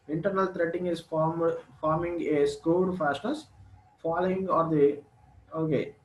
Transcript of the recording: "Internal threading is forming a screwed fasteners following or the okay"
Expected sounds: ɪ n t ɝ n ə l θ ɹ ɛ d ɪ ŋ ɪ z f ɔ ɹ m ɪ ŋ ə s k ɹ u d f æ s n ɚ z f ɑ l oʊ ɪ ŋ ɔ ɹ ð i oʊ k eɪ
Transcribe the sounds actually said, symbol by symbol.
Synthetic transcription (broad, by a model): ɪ n t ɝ n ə l t ɹ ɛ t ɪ ŋ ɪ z f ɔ ɹ m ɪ ŋ ə s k u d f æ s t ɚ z f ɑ l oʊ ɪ ŋ ɔ ɹ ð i oʊ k eɪ